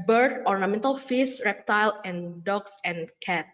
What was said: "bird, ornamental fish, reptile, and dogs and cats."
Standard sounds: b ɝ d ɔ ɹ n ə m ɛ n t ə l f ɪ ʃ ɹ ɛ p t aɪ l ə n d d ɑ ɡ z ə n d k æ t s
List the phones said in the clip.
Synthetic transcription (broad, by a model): b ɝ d ɔ ɹ n ə m ɛ n t ə l f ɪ s ɹ ɛ p t aɪ l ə n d d ɑ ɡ s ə n k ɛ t